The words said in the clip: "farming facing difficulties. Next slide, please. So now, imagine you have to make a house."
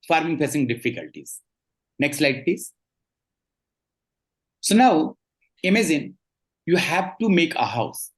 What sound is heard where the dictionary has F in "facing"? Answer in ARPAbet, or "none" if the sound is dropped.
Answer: P